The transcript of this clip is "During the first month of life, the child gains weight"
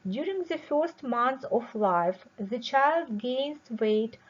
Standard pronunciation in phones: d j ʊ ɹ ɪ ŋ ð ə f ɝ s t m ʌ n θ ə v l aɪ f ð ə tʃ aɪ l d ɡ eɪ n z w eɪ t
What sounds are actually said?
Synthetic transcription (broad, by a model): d j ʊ ɹ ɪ ŋ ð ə f ɝ s t m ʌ n s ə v l aɪ f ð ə tʃ aɪ l d ɡ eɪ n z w eɪ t